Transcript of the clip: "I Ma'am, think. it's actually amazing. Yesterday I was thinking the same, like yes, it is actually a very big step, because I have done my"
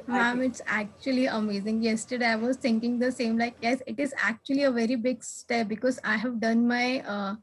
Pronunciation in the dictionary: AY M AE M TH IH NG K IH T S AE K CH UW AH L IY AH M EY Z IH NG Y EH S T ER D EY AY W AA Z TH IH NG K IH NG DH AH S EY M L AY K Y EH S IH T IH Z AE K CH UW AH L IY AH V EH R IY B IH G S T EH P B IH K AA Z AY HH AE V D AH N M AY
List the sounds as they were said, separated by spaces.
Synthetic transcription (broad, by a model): M AE M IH IH T S AE K CH UW AH L IY AH M EY Z IH NG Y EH S T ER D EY AY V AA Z T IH NG K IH NG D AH S EY M L AY K Y EH S IH T IH Z AE K CH UW AH L IY AH V EH R IY B IH G S T EH P B IH K AA Z AY HH AE V D AH N M AY